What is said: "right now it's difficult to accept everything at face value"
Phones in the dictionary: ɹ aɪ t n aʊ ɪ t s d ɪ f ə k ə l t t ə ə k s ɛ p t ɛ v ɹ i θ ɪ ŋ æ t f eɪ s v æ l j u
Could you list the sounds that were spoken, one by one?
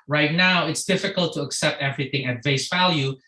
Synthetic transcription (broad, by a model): ɹ aɪ t n aʊ ɪ t s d ɪ f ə k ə l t t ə ə k s ɛ p t ɛ v ɹ i θ ɪ ŋ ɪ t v eɪ s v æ l j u